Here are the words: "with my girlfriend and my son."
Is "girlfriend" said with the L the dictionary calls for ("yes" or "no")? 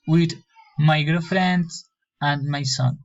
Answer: no